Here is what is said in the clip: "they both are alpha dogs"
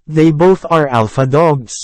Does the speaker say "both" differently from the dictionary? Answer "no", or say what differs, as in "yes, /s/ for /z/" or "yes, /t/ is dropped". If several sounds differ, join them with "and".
no